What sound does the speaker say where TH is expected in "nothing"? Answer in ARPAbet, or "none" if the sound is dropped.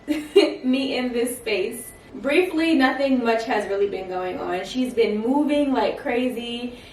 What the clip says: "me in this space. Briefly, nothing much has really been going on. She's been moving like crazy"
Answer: TH